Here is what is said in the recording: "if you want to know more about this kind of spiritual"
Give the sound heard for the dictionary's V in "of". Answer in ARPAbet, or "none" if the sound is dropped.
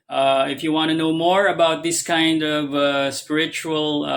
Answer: V